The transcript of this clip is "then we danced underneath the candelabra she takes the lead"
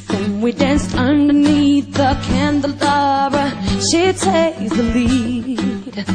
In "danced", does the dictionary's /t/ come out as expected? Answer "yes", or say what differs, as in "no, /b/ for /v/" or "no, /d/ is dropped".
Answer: yes